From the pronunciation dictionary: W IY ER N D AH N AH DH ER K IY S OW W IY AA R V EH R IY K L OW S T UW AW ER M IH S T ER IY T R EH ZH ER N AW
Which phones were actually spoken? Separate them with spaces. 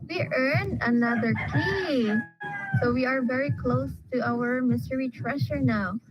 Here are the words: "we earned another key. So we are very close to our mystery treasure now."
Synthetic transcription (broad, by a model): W IY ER N AH N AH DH ER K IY S OW W IY AA R V EH R IY K L OW S T UW AW ER M IH S T ER IY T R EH SH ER N AW